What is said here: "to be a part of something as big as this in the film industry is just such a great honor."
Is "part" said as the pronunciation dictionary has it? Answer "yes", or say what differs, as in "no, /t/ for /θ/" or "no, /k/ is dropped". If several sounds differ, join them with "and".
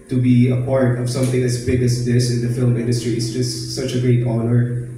yes